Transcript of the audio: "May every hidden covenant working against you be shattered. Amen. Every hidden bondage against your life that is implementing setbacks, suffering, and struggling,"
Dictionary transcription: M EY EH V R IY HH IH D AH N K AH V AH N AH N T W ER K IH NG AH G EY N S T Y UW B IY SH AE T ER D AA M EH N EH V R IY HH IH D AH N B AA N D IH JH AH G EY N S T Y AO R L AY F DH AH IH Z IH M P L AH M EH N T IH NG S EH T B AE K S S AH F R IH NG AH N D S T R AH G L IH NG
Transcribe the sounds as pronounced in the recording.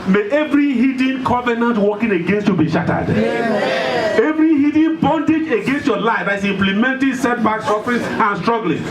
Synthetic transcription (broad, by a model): M EY EH V R IY HH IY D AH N K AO V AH N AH N T W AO K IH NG AH G EY N S T Y UW B IY SH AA T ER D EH EH V R IY HH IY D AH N B AA N D IH JH AH G EY N S T Y AO L AY F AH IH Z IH M P L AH M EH N T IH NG S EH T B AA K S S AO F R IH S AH N S T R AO G L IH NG